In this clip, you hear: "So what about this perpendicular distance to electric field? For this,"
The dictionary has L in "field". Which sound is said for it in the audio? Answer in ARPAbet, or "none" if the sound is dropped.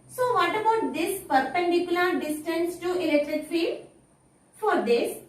none